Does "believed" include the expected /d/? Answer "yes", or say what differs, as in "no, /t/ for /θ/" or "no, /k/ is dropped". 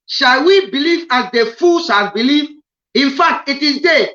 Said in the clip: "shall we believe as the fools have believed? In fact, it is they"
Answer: no, /d/ is dropped